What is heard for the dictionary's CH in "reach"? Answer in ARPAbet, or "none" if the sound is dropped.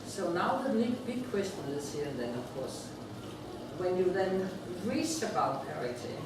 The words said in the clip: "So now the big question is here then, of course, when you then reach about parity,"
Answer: S